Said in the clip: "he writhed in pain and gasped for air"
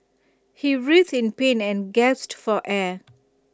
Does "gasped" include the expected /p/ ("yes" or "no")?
no